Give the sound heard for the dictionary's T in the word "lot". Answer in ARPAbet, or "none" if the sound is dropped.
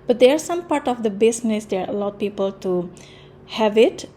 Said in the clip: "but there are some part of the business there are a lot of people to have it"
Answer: none